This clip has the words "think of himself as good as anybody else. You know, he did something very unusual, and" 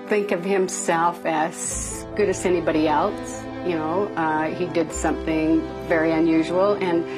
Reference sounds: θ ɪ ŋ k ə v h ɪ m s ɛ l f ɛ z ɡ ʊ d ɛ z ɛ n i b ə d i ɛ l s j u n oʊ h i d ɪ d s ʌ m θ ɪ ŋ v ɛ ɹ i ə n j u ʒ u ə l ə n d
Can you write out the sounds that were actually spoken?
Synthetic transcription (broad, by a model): θ ɪ ŋ k ə v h ɪ m s ɛ l f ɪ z ɡ ʊ d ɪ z ɛ n i b ə d i ɛ l s j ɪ n oʊ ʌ i d ɪ d s ʌ m θ ɪ ŋ v ɛ ɹ i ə n j u ʒ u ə l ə n